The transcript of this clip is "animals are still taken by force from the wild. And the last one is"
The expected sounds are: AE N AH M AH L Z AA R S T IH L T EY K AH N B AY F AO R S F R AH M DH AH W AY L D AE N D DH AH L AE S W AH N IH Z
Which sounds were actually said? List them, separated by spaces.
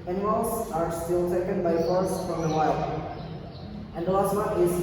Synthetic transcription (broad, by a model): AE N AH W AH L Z AA R S T IH L T EY K AH N B AY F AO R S F R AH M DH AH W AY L AE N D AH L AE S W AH IH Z